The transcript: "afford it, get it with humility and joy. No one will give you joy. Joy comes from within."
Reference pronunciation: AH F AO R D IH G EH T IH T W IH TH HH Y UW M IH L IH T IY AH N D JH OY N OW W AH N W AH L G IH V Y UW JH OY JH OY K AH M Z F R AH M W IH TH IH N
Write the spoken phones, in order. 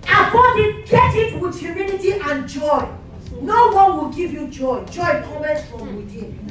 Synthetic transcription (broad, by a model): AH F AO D IH G EH T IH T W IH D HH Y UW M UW N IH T IY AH N JH OY N OW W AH N W AH L G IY V Y UW JH OY JH OY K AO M S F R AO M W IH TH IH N